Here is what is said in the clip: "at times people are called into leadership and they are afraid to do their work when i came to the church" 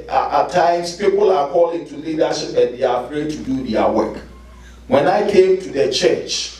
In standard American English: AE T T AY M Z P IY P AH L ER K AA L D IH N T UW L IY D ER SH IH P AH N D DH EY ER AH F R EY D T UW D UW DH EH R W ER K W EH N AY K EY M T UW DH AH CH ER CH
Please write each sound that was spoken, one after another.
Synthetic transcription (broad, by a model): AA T T AY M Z P IY P AH L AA K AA L IH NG T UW L IY D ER SH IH P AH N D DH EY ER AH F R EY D T UW D UW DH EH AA W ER K W EH N AY K EY M T UW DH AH CH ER CH